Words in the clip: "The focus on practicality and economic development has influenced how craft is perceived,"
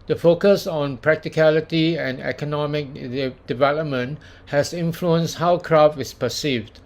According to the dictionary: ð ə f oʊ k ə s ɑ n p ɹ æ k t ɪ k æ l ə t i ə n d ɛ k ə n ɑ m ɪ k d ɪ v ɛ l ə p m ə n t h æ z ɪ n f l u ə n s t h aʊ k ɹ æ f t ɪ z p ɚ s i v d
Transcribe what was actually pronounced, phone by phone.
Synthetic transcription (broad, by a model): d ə f oʊ k ə s ɑ n p ɹ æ k t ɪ k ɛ l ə t i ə n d ɛ k ə n ɑ m ɪ k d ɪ v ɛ l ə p m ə n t h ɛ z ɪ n f l u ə n s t h aʊ k ɹ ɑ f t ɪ s p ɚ s i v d